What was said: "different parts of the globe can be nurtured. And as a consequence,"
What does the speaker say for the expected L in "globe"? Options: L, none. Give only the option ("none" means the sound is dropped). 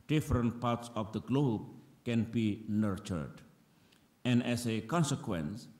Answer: L